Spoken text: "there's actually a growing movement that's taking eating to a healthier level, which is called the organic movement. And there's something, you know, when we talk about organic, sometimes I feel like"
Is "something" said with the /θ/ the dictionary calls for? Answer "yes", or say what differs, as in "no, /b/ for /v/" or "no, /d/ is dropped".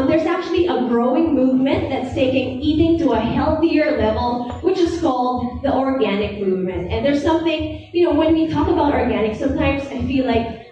yes